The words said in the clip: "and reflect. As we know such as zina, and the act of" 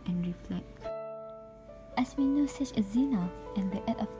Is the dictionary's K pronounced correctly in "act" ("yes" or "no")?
no